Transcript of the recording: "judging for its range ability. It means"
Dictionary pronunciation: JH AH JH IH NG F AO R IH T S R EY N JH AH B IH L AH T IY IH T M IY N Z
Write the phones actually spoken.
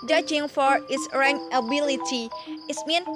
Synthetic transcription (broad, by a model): JH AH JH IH NG F AO R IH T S R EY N AH B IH L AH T IY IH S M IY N